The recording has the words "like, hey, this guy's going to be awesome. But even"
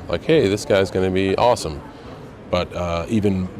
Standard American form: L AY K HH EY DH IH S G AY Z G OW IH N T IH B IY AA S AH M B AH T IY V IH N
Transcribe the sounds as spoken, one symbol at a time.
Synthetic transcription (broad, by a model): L AY K HH EY DH IH S G AY Z G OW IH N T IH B IY AA S AH M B AH T IY V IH N